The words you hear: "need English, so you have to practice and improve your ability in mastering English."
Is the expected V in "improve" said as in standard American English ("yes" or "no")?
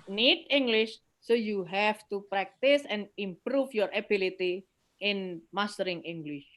no